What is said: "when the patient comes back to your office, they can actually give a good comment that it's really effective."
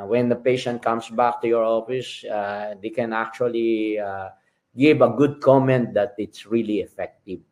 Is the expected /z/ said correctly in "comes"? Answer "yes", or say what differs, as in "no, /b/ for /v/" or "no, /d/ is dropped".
no, /s/ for /z/